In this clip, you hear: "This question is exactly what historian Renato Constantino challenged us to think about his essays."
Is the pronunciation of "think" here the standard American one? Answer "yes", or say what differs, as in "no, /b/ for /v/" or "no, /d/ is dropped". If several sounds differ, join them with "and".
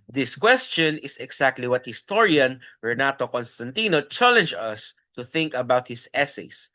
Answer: yes